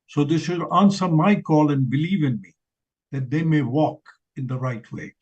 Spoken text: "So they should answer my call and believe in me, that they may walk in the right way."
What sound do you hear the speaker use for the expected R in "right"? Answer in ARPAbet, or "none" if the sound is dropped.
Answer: R